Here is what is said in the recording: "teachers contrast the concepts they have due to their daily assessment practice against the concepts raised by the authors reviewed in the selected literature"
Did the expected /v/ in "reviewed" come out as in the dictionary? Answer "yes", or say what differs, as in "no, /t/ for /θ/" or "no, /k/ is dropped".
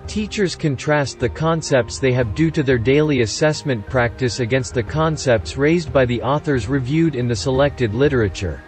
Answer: yes